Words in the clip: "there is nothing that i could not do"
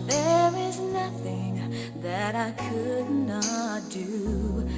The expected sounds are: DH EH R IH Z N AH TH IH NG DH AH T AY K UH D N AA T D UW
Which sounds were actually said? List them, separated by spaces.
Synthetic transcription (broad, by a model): DH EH R IH Z N AH TH IH NG DH AH T AY K UH D N AA T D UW